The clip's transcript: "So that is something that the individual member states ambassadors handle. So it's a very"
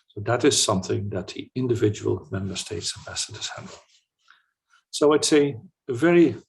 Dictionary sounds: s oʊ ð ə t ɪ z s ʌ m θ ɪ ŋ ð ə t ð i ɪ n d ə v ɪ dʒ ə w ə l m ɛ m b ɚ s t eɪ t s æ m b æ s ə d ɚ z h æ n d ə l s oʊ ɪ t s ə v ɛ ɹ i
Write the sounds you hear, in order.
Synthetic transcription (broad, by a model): s oʊ ð ə t ɪ z s ʌ m θ ɪ ŋ ð ə t ð i ɪ n d ə v ɪ dʒ ə w ə l m ɛ m b ɚ s t eɪ t s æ b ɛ s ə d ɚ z h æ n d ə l s oʊ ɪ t s ə v ɛ ɹ i